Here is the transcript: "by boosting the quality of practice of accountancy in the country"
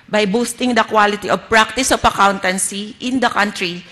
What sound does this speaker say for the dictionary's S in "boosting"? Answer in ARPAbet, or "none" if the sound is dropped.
S